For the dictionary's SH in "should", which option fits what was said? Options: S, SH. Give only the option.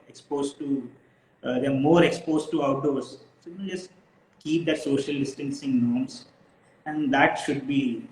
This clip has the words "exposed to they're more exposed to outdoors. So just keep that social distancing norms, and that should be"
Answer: SH